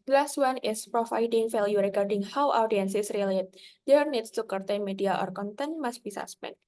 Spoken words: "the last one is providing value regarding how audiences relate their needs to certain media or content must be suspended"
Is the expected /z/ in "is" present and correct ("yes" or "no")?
no